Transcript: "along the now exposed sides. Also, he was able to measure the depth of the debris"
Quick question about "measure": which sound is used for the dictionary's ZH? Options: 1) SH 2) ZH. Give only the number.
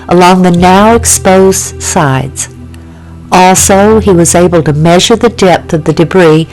2